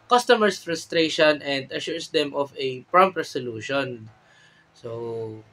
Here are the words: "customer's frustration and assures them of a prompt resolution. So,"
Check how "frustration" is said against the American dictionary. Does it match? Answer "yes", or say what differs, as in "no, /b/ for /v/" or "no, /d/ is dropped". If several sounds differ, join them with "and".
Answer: yes